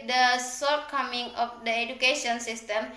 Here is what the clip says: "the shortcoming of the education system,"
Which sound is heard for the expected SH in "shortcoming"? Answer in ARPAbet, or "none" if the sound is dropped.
S